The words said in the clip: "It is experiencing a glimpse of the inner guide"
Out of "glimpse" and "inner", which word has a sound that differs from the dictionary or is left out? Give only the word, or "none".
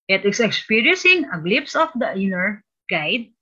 glimpse